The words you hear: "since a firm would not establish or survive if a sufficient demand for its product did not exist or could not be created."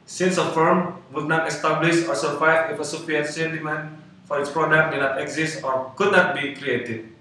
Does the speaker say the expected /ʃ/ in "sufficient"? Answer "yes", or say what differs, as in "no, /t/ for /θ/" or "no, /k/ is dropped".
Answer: no, /s/ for /ʃ/